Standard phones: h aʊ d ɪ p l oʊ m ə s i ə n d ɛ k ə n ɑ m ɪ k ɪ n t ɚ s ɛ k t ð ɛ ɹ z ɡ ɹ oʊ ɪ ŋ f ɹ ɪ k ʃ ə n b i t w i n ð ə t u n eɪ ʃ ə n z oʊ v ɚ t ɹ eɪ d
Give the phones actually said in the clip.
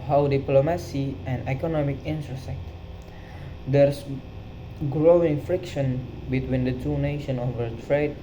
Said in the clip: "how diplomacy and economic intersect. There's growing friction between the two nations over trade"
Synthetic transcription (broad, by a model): h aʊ d ɪ p l oʊ m ə s i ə n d ɛ k ə n ɑ m ɪ k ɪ n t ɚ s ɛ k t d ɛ ɹ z ɡ ɹ oʊ ɪ ŋ f ɹ ɪ k ʃ ə n b i t w i n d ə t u n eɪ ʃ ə n oʊ v ɚ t ɹ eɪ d